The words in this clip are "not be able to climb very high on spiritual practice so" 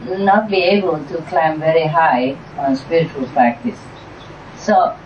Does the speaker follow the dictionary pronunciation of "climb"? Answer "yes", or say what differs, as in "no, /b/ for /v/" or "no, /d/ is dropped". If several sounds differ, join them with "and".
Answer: yes